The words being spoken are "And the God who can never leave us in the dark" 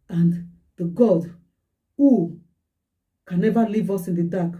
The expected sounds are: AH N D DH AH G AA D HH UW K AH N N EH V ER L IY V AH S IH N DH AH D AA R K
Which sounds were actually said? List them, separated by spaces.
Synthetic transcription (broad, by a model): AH N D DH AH G AA D HH UW K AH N N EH V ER L IY V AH S IH N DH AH D AA K